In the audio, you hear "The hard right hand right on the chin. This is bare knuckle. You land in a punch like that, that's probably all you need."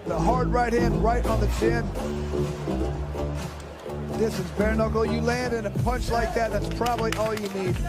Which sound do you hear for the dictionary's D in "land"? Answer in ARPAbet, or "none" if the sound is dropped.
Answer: D